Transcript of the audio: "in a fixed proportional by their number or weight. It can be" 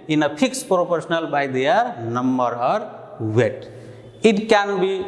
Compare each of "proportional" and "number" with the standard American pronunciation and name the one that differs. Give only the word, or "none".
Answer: proportional